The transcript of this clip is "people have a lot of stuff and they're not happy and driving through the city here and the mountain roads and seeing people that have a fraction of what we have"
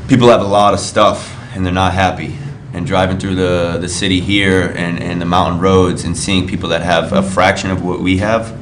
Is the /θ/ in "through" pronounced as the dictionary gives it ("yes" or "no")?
yes